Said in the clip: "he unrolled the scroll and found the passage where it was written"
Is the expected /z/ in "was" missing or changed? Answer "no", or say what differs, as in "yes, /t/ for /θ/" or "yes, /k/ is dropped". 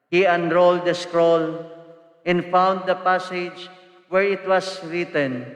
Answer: yes, /s/ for /z/